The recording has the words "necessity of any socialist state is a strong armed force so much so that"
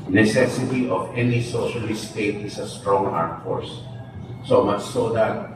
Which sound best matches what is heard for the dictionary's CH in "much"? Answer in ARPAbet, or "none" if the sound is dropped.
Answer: S